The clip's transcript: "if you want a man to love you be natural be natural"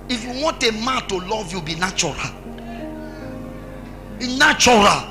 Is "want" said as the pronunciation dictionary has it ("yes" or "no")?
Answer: yes